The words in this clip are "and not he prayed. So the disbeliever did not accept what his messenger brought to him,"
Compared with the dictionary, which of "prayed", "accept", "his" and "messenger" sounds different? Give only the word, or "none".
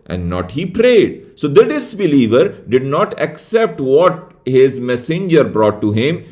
none